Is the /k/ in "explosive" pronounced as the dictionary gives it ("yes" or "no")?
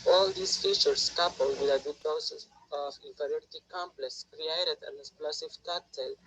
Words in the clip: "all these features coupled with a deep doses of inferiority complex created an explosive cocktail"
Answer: no